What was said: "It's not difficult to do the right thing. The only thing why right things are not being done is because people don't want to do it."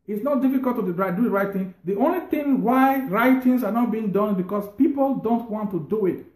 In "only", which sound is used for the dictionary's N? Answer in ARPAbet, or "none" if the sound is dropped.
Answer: N